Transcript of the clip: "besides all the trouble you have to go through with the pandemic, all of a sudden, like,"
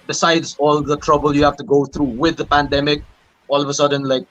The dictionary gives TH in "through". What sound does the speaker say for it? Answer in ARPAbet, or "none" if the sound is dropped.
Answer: T